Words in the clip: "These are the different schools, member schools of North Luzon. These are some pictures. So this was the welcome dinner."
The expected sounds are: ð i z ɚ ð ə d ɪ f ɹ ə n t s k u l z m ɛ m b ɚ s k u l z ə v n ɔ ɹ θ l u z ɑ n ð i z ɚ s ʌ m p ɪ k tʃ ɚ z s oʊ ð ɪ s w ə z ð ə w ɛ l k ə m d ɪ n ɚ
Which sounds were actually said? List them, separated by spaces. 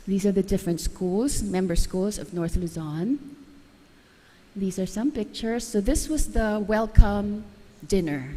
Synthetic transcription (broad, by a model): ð i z ɚ ð ə d ɪ f ɹ ə n t s k u l z m ɛ m b ɚ s k u l z ə v n ɔ ɹ θ l u z ɑ n ð i z ɚ s ʌ m p ɪ k tʃ ɚ z s oʊ ð ɪ s w ə z ð ə w ɛ l k ə m d ɪ n ɚ